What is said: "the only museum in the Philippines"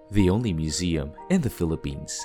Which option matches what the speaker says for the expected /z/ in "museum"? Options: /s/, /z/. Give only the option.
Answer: /z/